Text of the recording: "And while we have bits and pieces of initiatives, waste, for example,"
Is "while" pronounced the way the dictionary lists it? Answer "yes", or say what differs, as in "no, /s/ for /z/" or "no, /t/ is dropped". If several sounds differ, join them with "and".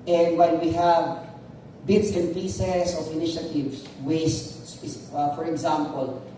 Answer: no, /n/ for /l/